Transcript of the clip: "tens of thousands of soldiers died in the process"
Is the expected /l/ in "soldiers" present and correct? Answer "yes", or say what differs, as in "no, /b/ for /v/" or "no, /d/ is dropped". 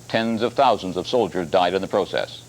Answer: yes